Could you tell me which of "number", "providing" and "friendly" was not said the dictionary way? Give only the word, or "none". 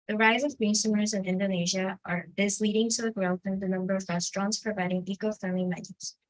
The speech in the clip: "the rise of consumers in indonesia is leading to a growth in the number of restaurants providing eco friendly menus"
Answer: friendly